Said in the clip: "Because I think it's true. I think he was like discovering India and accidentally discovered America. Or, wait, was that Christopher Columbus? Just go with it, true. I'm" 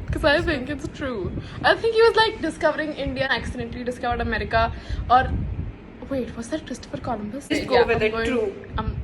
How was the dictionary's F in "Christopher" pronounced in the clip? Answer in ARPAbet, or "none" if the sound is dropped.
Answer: F